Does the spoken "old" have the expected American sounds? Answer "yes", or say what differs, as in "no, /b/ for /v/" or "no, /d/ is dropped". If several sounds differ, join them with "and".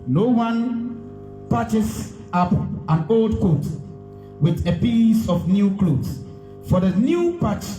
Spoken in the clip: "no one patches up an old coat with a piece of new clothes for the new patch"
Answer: yes